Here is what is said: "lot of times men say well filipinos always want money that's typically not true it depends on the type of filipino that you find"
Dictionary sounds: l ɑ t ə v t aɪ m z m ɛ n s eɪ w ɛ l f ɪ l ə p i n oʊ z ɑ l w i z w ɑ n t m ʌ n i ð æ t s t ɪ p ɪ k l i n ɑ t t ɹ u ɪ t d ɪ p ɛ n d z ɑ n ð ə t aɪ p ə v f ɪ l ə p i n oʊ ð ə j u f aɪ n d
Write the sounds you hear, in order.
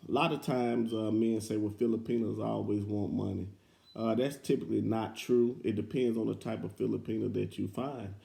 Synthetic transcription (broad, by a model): l ɑ t ə v t aɪ m z m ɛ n s eɪ w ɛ f ɪ l ə p i n oʊ z ɑ l w i z w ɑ n m ʌ n i ð æ t s t ɪ p ɪ k l i n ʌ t t ɹ u ɪ t d ɪ p ɛ n d z n ð ə t aɪ p ə v f ɪ l ə p i n oʊ ð ə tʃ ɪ f aɪ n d